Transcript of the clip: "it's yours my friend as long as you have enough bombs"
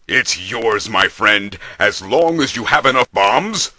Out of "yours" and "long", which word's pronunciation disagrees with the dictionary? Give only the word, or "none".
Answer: none